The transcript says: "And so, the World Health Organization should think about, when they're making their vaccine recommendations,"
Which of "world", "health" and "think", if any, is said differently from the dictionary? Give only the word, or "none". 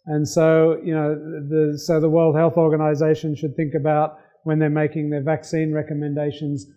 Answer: none